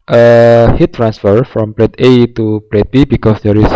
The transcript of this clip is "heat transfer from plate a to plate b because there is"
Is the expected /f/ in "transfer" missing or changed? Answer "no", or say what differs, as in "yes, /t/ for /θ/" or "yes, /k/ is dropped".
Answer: no